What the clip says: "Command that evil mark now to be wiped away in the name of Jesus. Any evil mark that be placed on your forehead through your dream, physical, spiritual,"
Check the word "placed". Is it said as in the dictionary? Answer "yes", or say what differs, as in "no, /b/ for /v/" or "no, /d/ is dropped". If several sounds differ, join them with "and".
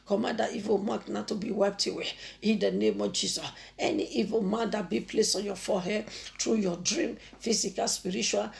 no, /t/ is dropped